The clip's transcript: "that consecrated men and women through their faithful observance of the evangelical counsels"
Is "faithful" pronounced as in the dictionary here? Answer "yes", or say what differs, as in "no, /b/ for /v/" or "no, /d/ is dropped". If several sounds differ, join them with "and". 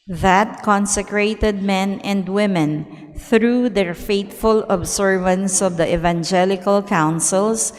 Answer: no, /t/ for /θ/